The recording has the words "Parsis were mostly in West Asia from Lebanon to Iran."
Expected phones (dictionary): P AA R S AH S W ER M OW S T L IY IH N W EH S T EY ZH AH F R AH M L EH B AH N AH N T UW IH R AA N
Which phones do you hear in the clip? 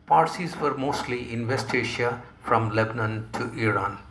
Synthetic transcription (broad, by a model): P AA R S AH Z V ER M OW S T L IY IH N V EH S T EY SH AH F R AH M L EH B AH N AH N T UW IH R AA N